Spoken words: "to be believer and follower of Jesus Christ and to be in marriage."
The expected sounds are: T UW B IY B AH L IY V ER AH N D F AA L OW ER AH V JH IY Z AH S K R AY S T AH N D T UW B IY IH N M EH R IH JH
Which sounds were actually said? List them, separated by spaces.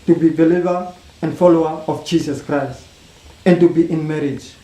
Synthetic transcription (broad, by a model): T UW B IY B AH L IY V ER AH N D F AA L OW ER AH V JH IY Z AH S K R AY S T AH N T UW B IY IH N M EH R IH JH